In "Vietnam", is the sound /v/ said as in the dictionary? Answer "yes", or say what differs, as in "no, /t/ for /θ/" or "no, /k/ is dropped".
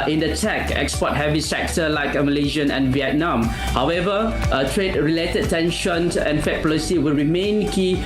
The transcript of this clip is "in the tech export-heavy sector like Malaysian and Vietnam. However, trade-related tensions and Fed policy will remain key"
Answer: yes